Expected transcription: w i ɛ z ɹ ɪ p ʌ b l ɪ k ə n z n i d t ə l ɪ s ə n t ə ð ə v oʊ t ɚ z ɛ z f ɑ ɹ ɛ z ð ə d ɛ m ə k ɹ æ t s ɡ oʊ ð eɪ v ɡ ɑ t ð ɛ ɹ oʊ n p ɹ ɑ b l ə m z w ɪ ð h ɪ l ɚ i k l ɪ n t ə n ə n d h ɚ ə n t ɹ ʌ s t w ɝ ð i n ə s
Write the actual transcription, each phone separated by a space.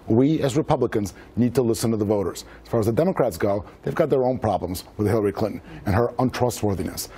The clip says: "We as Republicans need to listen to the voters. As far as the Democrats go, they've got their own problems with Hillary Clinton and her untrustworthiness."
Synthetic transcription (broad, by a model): w i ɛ z ɹ ɪ p ʌ b l ɪ k ə n z n i d t ə l ɪ s ə n t ə ð ə v oʊ t ɚ z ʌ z f ɑ ɹ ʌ z ð ə d ɛ m ə k ɹ æ t s ɡ oʊ ð eɪ v ɡ ɑ t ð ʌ ɹ oʊ n p ɹ ɑ b l ə m z w ɪ ð h ɪ l ɚ i k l ɪ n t n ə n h ɚ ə n t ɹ ʌ s t w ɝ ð i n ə s